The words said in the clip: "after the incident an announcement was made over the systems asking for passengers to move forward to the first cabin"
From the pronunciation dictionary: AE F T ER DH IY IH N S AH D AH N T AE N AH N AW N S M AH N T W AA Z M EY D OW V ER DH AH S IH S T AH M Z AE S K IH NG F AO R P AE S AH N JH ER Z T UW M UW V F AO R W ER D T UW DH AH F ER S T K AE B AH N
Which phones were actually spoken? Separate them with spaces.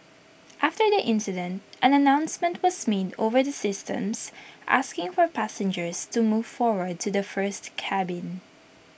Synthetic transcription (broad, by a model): AE F T ER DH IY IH N S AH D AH N T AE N AH N AW N S M AH N T W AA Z M EY D OW V ER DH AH S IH S T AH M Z AE S K IH NG F AO R P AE S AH N JH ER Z T UW M UW V F AO R W ER D T UW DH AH F ER S T K AE B AH N